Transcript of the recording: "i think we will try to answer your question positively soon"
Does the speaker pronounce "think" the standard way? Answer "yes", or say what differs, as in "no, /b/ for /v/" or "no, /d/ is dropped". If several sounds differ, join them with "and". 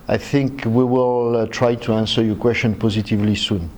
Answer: yes